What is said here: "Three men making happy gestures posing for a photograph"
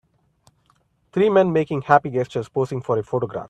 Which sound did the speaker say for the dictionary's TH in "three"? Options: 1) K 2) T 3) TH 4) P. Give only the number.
2